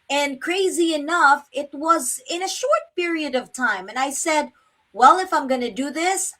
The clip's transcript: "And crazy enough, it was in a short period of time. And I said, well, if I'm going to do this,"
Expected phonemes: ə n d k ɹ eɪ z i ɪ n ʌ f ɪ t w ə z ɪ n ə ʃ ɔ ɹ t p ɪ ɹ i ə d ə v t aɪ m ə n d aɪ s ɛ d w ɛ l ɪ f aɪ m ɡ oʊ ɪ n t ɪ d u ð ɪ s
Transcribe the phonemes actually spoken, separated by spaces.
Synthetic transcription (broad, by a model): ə n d k ɹ eɪ z i ɪ n ʌ f ɪ t w ə z ɪ n ə ʃ ɔ ɹ t p ɪ ɹ i ə d ə v t aɪ m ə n aɪ s ɛ d w ɛ l ɪ f aɪ m ɡ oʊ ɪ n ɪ d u ð ɪ s